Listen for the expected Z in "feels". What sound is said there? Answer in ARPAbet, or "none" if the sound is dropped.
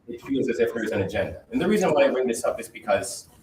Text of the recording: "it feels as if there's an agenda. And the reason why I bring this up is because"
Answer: Z